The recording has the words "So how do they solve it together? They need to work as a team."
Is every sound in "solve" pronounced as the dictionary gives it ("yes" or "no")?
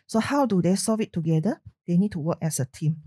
no